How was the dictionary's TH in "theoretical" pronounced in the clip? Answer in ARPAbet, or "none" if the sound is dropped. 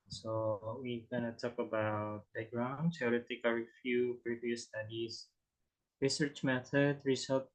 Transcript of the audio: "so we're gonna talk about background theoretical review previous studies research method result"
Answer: S